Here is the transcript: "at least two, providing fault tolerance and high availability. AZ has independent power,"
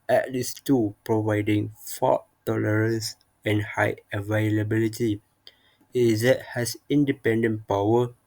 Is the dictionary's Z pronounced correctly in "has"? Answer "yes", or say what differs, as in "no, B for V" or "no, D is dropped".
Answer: no, S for Z